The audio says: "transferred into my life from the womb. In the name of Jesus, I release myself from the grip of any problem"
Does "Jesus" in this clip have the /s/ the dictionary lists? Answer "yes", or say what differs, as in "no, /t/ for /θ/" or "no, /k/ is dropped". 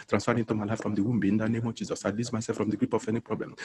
yes